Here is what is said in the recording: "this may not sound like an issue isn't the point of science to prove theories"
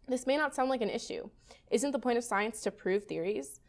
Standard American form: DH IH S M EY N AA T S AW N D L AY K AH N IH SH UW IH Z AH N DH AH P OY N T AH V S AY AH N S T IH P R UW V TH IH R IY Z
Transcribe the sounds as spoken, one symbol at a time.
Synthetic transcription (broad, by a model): DH IH S M EY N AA T S AW N D L AY K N IH SH UW IH Z AH N DH AH P OY T AH V S AY AH N S T IH P R UW V TH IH R IY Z